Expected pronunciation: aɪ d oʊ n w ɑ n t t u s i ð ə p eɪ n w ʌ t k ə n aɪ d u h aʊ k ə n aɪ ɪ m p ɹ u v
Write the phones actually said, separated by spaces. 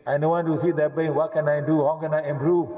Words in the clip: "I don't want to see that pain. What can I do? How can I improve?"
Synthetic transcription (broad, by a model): aɪ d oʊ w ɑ n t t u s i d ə b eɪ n w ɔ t k ə n aɪ d u h aʊ k ə n aɪ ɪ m p ɹ u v